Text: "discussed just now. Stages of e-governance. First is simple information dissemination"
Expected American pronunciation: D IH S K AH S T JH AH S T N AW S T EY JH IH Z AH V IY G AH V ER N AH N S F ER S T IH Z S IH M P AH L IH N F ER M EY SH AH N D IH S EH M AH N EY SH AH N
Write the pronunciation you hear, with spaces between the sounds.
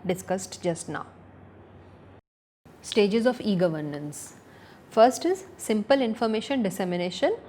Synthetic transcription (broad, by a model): D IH S K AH S T JH AH S T N AW S T EY JH IH Z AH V IY G AH V ER N AH N S F ER S T IH Z S IH M P AH L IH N F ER M EY SH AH N D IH S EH M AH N EY SH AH N